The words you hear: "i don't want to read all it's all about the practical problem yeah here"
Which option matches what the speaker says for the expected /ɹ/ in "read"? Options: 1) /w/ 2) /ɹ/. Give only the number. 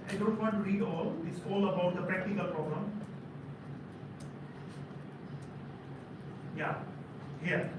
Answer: 2